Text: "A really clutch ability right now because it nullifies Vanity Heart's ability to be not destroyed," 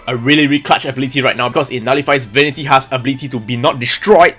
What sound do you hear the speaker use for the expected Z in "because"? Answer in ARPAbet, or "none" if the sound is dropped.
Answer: S